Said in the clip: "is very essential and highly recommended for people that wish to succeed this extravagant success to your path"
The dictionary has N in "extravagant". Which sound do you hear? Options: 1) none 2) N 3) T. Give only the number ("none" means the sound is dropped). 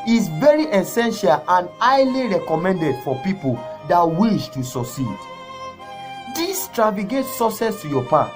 1